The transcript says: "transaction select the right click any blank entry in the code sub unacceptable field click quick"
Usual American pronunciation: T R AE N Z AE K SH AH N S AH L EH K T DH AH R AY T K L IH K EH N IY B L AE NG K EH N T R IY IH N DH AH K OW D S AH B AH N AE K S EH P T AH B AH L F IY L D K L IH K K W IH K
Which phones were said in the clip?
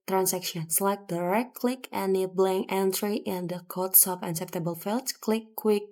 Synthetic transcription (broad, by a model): T R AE N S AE K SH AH N S L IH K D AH R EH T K L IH K EH N IY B L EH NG EH N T R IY IH N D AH K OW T S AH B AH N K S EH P T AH B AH L F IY L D K L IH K K W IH K